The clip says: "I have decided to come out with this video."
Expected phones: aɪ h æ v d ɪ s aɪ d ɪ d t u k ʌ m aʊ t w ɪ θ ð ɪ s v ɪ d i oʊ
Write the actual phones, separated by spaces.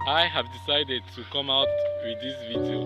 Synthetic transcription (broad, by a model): aɪ h æ v d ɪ s aɪ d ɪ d t u k ʌ m aʊ t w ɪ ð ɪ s v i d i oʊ